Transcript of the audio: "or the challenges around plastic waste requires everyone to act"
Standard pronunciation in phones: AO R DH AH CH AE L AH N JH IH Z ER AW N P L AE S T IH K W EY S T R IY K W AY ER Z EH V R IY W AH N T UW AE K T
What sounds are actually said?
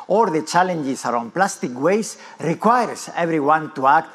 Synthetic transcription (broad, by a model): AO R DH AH CH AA L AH N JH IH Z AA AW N P L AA S T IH K W EY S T R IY K W AY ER S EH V R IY W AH N T UW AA K T